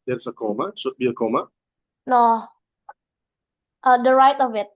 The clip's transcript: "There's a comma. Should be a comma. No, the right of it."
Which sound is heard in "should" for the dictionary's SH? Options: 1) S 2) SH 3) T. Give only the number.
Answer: 1